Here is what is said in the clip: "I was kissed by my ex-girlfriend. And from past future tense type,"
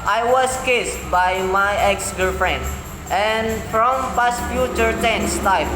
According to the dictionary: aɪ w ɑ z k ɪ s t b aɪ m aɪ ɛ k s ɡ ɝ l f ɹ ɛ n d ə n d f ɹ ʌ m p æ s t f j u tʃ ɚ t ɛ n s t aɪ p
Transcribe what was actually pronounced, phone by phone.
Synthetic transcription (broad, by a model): aɪ w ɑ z k ɪ s t b aɪ m aɪ ɛ k s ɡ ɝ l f ɹ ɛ n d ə n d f ɹ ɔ m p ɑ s f j u tʃ ɚ t ɛ n s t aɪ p